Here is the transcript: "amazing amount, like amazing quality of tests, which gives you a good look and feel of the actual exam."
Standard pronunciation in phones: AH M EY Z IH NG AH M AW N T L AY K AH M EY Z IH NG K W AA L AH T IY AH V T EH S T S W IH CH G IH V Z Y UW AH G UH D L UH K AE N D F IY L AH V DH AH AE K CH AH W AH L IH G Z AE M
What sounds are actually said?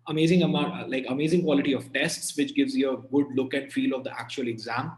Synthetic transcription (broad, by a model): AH M EY Z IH NG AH M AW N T L AY K AH M EY Z IH NG K W AA L AH T IY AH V T EH S T S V IH CH G IH V Z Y AH G UH D L UH K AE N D F IY L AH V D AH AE K CH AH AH L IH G Z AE M